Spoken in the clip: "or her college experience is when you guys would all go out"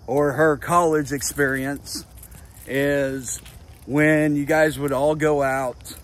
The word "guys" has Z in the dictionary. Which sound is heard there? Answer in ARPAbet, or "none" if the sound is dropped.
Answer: Z